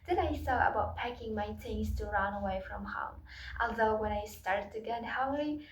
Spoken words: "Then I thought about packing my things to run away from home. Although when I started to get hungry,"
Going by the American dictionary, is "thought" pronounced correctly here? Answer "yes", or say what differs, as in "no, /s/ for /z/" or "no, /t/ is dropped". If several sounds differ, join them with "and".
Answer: no, /s/ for /θ/